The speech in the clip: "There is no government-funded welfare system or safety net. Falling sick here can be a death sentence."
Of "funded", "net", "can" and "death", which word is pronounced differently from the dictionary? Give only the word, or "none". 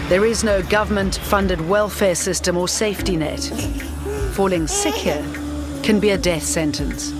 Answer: none